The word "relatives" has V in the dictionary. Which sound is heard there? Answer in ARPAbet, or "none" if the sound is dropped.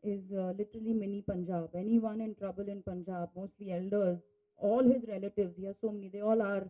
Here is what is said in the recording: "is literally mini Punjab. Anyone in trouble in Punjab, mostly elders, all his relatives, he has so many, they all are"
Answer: V